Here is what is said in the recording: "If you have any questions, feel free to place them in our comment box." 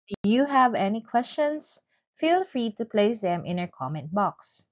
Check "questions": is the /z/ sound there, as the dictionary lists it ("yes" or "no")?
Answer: no